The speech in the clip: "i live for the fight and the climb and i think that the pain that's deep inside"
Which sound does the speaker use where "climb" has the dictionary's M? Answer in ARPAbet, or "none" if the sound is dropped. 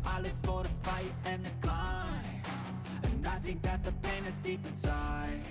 none